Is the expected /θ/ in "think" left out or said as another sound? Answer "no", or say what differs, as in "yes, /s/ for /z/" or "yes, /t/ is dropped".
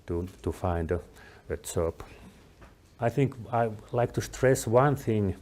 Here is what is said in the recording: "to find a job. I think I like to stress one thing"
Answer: no